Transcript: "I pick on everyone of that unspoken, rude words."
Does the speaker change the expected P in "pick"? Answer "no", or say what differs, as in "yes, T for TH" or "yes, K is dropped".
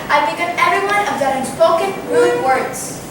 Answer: yes, B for P